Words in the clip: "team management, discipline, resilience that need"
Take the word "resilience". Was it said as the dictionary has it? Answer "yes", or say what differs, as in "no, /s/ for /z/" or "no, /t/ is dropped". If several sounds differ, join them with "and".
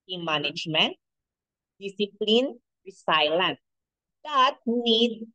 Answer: no, /s/ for /z/